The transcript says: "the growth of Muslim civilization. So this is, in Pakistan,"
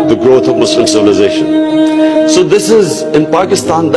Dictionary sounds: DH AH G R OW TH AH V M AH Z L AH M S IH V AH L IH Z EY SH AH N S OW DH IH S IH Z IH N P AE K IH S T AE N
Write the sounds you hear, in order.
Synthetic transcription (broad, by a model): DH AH G R OW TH AH V M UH S L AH M S IH V AH L IH Z EY SH AH N S OW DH IH S IH Z IH N P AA K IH S T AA N